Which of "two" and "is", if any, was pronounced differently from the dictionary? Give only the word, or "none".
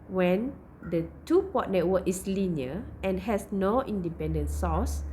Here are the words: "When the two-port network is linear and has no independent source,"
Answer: is